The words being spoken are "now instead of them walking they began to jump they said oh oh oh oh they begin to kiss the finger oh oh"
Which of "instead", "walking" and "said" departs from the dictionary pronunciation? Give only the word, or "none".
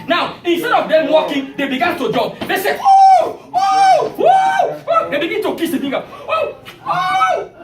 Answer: said